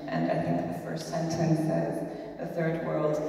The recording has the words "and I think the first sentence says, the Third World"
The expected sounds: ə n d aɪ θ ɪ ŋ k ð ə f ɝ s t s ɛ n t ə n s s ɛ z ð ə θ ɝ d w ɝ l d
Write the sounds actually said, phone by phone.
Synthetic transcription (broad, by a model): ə n aɪ θ ɪ ŋ k ð ə f ɝ s t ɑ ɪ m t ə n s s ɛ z ð ə θ ɝ d w ɝ l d